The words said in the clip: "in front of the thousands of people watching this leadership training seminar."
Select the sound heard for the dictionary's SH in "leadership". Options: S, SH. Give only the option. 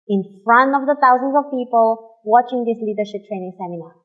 SH